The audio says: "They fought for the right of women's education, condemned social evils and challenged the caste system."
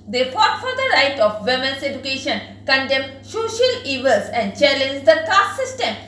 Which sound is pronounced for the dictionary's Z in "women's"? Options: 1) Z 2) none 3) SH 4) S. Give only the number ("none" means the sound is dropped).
4